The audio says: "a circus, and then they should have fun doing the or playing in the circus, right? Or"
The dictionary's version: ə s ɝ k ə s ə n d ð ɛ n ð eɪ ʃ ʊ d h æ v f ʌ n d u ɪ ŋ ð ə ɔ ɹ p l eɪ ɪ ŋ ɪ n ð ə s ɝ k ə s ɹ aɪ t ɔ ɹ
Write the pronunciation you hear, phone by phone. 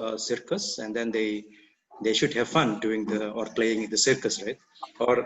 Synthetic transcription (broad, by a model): s ɝ k ə s ə n d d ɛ n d eɪ ʃ ʊ d h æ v f ʌ n d u ɪ ŋ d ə ɔ ɹ p l eɪ ɪ ŋ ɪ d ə s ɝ k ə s ɹ aɪ t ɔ ɹ